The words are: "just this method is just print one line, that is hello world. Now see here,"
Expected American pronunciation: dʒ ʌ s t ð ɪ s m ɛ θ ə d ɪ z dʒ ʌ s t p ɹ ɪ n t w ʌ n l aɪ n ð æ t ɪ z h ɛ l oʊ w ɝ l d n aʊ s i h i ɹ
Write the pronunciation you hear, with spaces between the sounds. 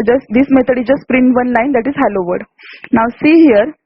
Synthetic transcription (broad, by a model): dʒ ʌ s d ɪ s m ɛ t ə d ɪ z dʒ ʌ s p ɹ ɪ n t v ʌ n l aɪ n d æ t ɪ z h ɛ l oʊ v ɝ d n aʊ s i h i ɹ